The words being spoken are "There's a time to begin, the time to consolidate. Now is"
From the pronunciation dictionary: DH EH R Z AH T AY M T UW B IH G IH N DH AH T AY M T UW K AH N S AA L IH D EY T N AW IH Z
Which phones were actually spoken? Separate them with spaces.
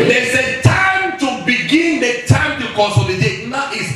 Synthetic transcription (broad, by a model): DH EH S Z AH T AY M T UW B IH G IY N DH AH T AY M T UW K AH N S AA IH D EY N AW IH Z